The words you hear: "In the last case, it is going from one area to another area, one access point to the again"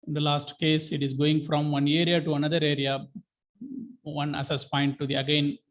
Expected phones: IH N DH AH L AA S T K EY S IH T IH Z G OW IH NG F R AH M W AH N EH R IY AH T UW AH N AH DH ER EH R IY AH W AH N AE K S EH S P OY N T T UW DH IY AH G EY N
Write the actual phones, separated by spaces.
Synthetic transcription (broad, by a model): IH N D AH L AA S T K EY S IH T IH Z G OW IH NG F R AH M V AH N EH R IY AH T UW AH N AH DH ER EH R IY AH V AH N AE S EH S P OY N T T UW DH IY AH G EY N